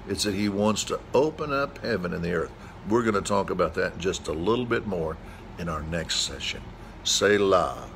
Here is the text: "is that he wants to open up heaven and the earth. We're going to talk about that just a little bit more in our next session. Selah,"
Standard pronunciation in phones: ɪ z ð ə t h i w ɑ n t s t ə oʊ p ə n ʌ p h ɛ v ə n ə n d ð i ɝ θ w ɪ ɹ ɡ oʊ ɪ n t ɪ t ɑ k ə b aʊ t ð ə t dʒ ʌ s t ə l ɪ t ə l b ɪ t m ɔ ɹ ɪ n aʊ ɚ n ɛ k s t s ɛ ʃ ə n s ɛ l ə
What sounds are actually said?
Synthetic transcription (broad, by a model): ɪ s ð ə t h i w ɑ n t s t ə oʊ p ə n ʌ p h ɛ v ə n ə n ð i ɝ θ w ɪ ɹ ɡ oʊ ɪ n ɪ t ɑ k ə b aʊ t ð ə t dʒ ʌ s t ə l ɪ t l b ɪ t m ɔ ɹ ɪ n aʊ ɚ n ɛ k s t s ɛ ʃ ə n s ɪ l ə